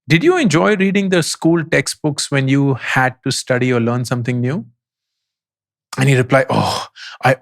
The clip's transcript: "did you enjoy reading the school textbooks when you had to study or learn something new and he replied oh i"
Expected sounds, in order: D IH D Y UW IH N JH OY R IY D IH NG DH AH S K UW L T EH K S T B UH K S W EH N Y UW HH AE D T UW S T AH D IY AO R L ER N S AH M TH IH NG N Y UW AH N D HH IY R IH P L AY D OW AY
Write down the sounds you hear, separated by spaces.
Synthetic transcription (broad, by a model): D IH D Y UW IH N JH OY R IY D IH NG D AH S K UW L T EH K S T B UH K S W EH N Y UW HH AE D T UW S T AH D IY AO R L ER N S AH M T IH NG N Y UW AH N HH IY R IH P L AY OW AY